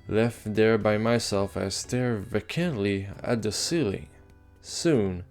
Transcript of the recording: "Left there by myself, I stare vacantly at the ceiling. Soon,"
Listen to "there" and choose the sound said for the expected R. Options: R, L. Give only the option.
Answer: R